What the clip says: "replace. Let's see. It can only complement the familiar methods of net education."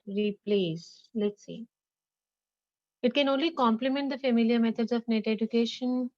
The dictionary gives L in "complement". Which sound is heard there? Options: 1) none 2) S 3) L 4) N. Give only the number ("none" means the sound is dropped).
3